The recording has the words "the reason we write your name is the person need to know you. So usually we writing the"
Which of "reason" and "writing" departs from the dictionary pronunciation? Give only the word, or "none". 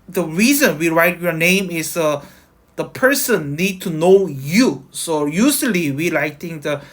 writing